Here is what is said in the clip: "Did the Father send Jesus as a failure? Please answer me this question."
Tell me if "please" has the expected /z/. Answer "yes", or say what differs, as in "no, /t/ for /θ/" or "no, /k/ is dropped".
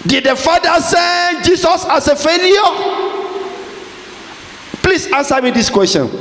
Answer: no, /s/ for /z/